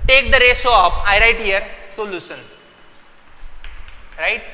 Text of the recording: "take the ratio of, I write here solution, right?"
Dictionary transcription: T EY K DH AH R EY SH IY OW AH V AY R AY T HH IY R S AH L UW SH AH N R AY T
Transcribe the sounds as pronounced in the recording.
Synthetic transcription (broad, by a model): T EY K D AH R EY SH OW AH P AY R AY T HH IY R S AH L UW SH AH N R AY T